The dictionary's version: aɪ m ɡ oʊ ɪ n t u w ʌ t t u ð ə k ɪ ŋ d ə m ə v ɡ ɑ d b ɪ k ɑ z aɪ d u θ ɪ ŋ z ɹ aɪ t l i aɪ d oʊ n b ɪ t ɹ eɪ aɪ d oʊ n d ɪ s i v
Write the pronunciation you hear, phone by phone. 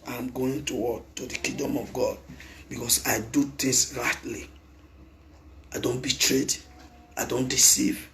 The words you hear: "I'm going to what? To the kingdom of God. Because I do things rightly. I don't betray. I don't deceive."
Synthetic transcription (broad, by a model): aɪ m ɡ oʊ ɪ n t u w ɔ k t u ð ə k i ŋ d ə m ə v ɡ ɑ d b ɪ k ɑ s aɪ d u t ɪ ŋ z ɹ aɪ t l i aɪ d oʊ n b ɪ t ɹ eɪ aɪ d oʊ n d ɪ s i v